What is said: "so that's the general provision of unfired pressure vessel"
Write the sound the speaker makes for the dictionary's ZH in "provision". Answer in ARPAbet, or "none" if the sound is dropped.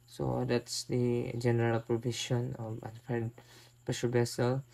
SH